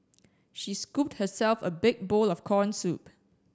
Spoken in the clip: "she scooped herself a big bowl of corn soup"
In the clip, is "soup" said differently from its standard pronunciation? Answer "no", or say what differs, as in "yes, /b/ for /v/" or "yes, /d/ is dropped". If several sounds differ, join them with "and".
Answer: no